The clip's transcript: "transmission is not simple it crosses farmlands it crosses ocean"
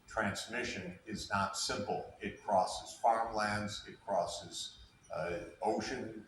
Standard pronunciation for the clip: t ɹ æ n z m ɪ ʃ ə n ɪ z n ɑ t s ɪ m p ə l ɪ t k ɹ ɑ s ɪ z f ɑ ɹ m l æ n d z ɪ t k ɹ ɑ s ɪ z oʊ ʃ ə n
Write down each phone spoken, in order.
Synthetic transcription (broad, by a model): t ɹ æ n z m ɪ ʃ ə n ɪ z n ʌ t s ɪ m p l ɪ t k ɹ ɑ s ɪ z f ɑ ɹ m l æ n d z ɪ t k ɹ ɑ s ɪ z oʊ ʃ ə n